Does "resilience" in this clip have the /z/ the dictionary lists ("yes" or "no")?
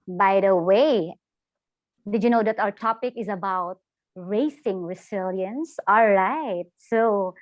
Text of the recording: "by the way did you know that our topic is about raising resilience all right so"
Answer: no